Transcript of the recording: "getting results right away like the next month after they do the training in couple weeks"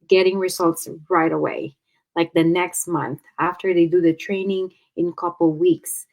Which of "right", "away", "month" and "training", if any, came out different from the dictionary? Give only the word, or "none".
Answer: none